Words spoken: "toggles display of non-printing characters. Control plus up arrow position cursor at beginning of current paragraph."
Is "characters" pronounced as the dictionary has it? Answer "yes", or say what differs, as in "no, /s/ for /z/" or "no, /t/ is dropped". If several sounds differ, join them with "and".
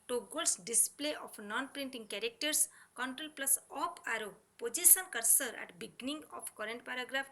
no, /s/ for /z/